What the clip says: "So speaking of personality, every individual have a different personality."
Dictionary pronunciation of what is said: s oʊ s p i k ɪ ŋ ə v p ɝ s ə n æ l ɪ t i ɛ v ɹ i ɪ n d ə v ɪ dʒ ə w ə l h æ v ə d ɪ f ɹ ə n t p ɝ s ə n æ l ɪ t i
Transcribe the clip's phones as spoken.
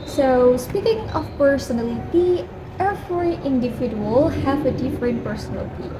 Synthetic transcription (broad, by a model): s oʊ s p i k ɪ ŋ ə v p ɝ s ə n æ l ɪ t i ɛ f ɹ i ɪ n d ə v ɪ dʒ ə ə l h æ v ə d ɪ f ɹ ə n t p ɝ s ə n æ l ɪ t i